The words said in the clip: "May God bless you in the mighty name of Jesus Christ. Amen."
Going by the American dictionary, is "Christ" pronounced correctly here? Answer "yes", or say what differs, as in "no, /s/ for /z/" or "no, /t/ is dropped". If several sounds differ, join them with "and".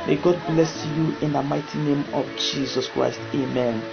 yes